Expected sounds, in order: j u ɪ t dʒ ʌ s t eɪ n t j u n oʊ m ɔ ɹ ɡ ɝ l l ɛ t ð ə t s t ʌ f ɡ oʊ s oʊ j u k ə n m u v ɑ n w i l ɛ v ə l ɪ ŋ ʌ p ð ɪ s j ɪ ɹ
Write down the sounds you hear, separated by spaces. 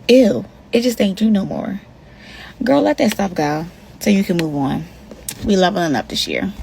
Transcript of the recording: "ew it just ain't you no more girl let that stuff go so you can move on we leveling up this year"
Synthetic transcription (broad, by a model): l ɪ t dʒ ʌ s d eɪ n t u n oʊ m ɔ ɹ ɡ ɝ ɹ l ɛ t ð ə t s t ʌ p ɡ oʊ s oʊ j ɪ k ə n m u v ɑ n w i l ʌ v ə n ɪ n ʌ p ð ɪ s j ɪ ɹ